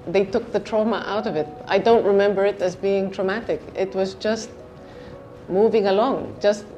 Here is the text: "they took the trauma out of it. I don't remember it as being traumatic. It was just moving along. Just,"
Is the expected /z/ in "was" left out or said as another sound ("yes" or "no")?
no